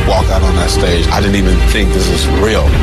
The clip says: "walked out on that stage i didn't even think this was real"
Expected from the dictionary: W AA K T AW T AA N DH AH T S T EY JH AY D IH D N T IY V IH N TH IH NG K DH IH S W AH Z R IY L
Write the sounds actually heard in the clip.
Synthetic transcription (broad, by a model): W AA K AW T N DH AH T S T EY JH AY D IH D N T IY V IH N TH IH NG K DH IH S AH Z R IY L